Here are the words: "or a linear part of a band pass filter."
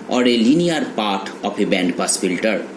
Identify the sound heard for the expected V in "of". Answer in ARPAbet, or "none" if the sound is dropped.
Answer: P